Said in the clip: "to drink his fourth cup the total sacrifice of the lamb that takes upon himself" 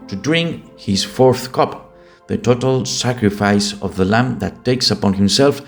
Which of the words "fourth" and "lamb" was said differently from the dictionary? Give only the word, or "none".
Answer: none